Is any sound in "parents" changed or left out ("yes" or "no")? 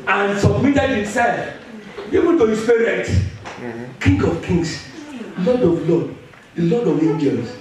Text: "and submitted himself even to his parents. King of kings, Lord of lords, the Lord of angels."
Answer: yes